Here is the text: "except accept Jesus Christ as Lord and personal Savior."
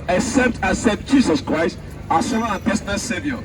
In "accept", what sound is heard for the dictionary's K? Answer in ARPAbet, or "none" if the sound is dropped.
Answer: none